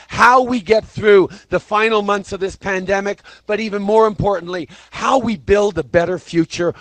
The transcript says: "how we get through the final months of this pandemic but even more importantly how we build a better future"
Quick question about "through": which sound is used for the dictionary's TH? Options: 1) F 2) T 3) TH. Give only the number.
3